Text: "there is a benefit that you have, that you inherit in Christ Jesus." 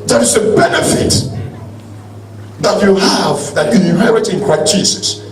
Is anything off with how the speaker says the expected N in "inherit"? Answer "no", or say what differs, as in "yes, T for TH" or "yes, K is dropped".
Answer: yes, N is dropped